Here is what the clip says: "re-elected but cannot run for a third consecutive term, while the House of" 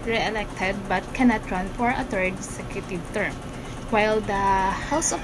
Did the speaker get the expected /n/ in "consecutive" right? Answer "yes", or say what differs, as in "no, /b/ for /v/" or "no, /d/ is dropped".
no, /n/ is dropped